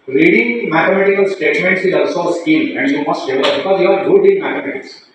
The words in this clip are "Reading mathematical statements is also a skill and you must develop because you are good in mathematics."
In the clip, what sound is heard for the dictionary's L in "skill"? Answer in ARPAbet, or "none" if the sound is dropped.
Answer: N